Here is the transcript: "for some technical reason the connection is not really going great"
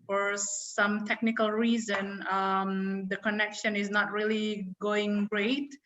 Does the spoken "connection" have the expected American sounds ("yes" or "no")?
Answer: yes